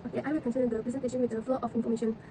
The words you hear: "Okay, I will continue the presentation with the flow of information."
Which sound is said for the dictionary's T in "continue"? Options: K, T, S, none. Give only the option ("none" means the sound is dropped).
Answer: S